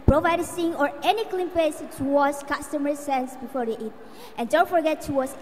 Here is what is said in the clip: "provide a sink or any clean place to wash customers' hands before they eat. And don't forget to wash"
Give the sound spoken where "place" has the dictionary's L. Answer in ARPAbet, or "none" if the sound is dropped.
none